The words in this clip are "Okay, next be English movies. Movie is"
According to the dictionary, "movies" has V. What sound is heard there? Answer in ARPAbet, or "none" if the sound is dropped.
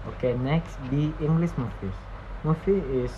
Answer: F